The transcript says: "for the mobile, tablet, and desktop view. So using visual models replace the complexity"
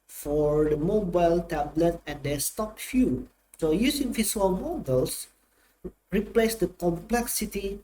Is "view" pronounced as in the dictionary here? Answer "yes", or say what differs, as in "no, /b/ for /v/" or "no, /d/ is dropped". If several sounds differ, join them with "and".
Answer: no, /f/ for /v/